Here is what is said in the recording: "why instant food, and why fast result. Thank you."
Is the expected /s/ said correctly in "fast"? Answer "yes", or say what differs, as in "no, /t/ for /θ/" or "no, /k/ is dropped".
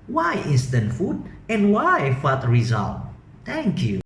no, /s/ is dropped